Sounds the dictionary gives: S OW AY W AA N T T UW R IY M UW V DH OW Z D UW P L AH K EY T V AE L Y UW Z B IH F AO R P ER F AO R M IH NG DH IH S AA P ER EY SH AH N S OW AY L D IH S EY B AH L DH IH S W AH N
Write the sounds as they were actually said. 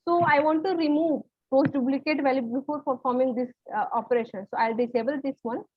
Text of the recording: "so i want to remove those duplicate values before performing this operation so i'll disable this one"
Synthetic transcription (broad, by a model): S OW AY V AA N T T UW R IY M UW V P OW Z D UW B L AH K EY T V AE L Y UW B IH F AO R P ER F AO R M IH NG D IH S AA P ER EY SH AH N S OW AY L D IH S EY B AH L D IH S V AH N